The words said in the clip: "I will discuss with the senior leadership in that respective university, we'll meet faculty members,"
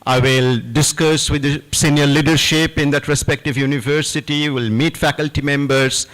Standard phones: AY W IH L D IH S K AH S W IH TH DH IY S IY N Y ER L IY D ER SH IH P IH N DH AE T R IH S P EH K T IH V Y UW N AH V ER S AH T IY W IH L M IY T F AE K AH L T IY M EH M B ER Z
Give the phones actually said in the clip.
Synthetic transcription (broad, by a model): AY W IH L D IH S K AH S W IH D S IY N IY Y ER L IY D ER SH IH P IH N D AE T R IH S P EH K T IH V Y UW N AH V ER S AH T IY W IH L M IY T F AE K AH L T IY M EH M B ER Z